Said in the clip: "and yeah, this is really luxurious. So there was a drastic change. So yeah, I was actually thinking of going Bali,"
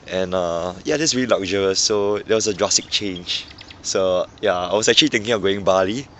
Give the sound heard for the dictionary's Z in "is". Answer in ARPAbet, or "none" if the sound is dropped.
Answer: S